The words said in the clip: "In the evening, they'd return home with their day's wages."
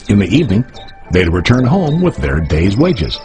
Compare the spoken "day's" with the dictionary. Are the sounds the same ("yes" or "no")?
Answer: yes